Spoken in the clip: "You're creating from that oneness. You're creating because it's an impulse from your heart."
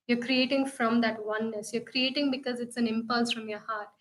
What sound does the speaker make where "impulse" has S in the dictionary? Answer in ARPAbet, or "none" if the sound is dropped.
S